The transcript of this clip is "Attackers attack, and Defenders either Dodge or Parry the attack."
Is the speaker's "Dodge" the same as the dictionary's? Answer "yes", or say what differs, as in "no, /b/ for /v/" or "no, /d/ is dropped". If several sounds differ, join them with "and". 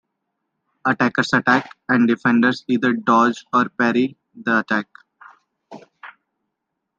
yes